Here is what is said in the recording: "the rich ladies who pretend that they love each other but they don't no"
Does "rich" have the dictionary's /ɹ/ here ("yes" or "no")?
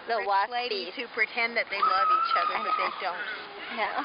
no